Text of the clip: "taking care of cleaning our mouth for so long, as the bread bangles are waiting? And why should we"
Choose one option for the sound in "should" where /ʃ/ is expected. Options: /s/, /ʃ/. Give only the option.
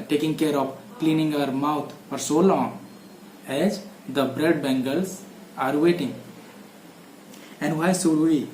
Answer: /s/